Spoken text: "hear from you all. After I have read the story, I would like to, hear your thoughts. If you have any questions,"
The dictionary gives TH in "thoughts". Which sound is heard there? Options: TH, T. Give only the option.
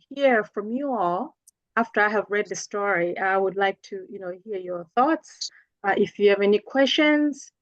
TH